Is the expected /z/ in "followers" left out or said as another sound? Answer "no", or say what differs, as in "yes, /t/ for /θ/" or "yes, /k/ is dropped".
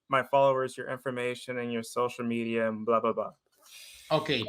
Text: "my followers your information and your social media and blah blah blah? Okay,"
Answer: no